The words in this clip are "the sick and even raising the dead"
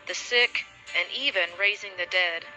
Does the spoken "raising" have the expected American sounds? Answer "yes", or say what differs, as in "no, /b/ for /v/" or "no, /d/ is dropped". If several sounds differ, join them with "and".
yes